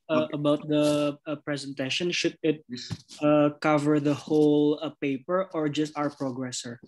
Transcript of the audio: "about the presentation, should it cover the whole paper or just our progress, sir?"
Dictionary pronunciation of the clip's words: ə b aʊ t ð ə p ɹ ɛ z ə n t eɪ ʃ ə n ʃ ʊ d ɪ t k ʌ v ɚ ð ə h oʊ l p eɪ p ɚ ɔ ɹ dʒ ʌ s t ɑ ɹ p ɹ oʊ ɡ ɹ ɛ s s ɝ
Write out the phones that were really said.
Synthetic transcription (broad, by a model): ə b aʊ t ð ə p ɹ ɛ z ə n t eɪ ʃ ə n ʃ ʊ d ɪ t k ʌ v ɚ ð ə h oʊ l p eɪ p ɚ ɔ ɹ dʒ ʌ s t ɑ ɹ p ɹ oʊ ɡ ɹ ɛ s s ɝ